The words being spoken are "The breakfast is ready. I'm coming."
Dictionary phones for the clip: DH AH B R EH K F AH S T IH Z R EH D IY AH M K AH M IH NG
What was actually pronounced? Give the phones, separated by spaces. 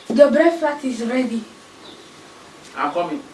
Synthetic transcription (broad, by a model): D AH B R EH F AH T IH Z R EH D IY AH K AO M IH